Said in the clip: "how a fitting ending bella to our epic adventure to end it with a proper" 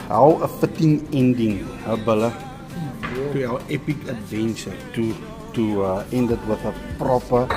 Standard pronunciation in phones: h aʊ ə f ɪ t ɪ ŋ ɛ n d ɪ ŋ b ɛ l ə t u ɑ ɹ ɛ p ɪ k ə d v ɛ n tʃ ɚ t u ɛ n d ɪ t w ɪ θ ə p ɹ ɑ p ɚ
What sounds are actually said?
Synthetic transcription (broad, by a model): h aʊ ə f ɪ t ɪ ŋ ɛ n d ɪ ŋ b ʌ l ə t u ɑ w ɛ p ɪ k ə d v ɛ n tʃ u t u ɛ n d ɪ t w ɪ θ ə p ɹ ɑ p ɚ